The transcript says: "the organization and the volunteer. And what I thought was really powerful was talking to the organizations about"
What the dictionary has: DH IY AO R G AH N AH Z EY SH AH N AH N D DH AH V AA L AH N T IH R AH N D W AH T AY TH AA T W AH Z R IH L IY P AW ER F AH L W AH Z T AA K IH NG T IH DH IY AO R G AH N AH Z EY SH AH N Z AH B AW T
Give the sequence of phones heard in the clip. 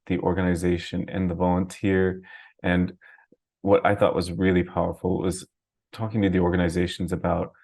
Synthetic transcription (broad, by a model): DH IY AO R G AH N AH Z EY SH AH N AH N DH AH V AA L AH N T IH R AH N W AH T AY TH AA T W AH Z R IH L IY P AW ER F L W AH Z T AA K IH NG T IH DH IY AO R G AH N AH Z EY SH N Z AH B AW T